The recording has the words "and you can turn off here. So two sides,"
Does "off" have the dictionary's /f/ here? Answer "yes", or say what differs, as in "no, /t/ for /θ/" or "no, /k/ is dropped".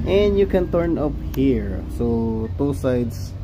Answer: no, /p/ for /f/